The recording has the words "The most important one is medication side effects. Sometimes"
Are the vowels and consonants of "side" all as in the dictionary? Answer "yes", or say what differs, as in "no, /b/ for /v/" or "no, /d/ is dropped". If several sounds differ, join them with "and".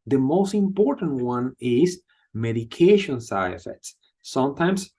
no, /d/ is dropped